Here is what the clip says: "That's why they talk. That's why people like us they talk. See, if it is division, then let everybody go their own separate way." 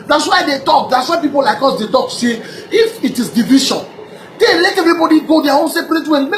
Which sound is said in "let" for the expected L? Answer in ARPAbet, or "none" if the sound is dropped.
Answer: L